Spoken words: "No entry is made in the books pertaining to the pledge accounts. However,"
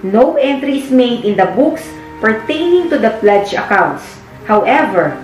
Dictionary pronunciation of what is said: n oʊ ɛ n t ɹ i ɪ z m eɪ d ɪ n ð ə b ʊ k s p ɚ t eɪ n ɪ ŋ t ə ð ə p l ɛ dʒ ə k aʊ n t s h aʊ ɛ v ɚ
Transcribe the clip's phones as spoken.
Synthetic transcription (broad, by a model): n oʊ ɛ n t ɹ i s m eɪ d ɪ n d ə b ʊ k s p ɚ t eɪ n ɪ ŋ t ə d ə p l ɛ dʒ ə k aʊ n t s h aʊ ɛ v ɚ